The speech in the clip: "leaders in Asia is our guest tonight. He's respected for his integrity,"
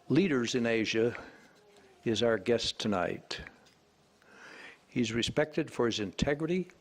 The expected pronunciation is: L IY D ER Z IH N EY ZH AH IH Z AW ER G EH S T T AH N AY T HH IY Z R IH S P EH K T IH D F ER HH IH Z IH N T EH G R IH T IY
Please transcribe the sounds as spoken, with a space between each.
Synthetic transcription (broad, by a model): L IY D ER Z IH N EY ZH AH IH Z AW ER G EH S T T AH N AY T HH IY Z R IH S P EH K T IH D F ER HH IH Z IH N T EH G R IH T IY